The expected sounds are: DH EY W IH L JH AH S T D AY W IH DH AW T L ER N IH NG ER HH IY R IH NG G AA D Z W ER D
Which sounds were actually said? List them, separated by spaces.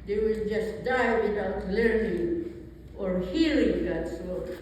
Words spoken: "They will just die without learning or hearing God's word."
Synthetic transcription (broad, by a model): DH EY W IH L JH AH S T D AY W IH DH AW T L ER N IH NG ER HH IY L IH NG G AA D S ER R